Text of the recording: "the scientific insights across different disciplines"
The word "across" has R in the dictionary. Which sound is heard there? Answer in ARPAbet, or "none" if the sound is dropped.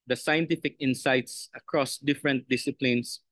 R